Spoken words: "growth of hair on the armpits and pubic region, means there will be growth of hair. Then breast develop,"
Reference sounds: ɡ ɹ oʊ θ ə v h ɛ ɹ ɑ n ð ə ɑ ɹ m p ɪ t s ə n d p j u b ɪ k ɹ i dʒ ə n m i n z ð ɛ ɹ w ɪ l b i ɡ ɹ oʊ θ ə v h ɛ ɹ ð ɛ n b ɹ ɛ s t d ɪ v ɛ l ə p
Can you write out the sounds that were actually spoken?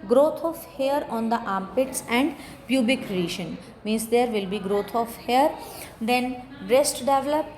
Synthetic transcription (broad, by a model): ɡ ɹ oʊ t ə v h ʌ ɹ ɑ n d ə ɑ m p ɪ t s ə n d p j u b ɪ k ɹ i ʃ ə n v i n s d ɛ ɹ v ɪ l b i ɡ ɹ oʊ t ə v h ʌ ɹ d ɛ n ɹ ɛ s t d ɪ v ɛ l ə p